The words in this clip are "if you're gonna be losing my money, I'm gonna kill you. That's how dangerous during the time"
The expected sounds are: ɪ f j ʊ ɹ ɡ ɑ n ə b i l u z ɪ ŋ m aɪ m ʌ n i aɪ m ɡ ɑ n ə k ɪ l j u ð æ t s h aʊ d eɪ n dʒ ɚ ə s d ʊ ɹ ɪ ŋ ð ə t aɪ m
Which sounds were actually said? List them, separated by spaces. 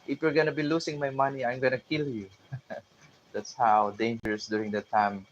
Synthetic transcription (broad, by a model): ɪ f j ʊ ɹ ɡ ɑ n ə b i l u s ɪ ŋ m aɪ m ʌ n i aɪ m ɡ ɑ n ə k ɪ l j u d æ t s h aʊ d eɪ n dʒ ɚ s d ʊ ɹ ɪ ŋ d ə t aɪ m